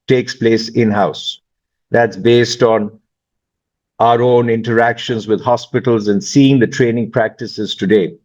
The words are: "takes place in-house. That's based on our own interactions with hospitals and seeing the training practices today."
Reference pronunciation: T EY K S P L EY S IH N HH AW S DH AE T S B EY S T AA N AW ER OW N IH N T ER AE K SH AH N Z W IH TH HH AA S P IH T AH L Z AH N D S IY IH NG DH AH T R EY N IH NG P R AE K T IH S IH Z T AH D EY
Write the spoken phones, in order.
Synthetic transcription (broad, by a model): T EY K S P L EY S IH N HH AW S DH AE T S B EY S T AA N AW ER OW N IH N T ER AE K SH AH N Z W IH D HH AA S P IH T AH L Z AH N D S IY IH NG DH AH T R EY N IH NG P R AE K T IH S IH Z T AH D EY